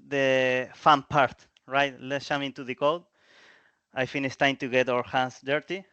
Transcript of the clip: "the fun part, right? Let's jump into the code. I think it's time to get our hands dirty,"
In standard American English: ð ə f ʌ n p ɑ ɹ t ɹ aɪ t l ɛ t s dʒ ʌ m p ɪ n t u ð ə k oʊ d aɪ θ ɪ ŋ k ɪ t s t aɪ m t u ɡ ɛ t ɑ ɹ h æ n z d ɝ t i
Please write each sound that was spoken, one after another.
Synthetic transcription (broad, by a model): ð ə f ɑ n p ɑ ɹ t ɹ aɪ t l ɛ t s ʃ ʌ m ɪ n t u ð ə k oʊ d aɪ f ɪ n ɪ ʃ t aɪ m t u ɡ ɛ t ɑ ɹ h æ n s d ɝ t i